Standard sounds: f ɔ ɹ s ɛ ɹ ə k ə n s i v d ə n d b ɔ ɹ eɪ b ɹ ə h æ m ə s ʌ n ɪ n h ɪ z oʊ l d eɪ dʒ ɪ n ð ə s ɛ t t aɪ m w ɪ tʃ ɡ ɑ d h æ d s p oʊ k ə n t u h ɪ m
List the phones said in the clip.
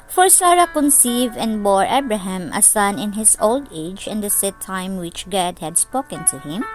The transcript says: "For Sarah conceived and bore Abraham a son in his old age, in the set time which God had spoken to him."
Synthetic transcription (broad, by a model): f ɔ ɹ s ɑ ɹ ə k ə n s i v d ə n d b ɔ ɹ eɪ b ɹ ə h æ m ə s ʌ n ɪ n h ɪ s oʊ l d eɪ dʒ ɪ n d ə s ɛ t t aɪ m w ɪ tʃ ɡ ɑ d h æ d s p oʊ k ə n t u h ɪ m